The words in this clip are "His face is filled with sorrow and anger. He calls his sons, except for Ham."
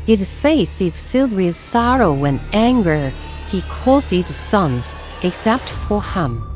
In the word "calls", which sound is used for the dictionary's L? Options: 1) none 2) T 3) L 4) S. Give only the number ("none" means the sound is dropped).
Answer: 1